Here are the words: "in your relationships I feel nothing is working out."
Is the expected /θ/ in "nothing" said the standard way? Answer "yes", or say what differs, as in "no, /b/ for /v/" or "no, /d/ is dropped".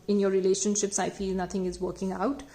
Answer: no, /t/ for /θ/